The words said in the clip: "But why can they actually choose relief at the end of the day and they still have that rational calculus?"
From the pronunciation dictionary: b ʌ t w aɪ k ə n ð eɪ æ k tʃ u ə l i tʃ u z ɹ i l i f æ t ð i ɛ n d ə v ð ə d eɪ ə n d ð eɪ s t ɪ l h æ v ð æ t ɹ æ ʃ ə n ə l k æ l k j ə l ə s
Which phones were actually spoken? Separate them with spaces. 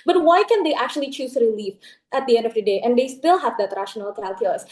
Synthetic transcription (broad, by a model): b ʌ t w aɪ k ə n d eɪ æ k tʃ u ə l i tʃ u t ɹ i l i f æ t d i ɛ n d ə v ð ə d eɪ ə n d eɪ s t ɪ l h æ v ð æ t ɹ æ ʃ ə n ə l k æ l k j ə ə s